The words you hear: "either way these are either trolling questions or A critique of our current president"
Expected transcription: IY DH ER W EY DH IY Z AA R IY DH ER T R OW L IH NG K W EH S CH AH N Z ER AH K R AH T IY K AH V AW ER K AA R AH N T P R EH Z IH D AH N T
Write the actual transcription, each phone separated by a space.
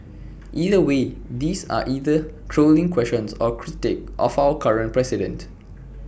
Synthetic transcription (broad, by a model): IY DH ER W EY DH IY S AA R IY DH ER T R OW L IH NG K W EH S SH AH N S AH K R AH T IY K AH F AW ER K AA R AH N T P R EH S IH D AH N T